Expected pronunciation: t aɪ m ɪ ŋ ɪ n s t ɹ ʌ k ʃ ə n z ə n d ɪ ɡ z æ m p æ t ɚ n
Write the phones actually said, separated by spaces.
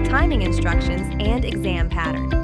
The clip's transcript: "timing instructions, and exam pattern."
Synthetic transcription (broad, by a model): t aɪ m ɪ ŋ ɪ n s t ɹ ʌ k ʃ ə n z ə n d ɪ ɡ z æ m p æ t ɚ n